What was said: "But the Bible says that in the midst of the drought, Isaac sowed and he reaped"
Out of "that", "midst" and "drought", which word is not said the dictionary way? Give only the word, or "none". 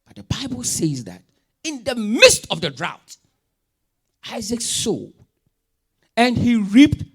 none